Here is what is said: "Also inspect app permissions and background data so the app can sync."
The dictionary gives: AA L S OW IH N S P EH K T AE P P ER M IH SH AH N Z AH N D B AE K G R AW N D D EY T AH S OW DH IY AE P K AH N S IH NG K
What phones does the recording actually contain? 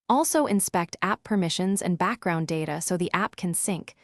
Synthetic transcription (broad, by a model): AA L S OW IH N S P EH K T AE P P ER M IH SH AH N Z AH N B AE K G R AW N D D EY T AH S OW DH IY AE P K AH N S IH NG K